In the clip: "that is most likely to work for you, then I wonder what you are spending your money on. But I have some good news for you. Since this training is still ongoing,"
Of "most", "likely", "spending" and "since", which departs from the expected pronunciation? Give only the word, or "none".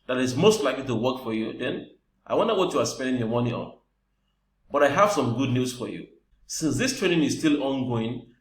none